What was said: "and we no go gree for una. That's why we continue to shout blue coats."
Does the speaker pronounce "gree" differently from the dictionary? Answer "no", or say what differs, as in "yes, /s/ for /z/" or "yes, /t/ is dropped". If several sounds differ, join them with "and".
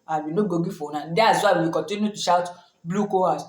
yes, /ɹ/ is dropped